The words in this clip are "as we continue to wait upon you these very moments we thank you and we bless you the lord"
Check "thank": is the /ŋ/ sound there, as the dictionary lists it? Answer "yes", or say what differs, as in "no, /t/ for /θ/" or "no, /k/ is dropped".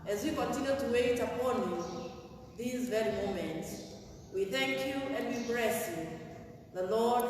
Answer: yes